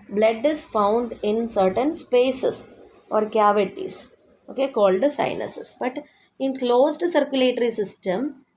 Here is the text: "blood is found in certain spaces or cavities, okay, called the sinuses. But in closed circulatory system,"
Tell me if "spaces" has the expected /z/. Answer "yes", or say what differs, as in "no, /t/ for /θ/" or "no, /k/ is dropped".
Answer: no, /s/ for /z/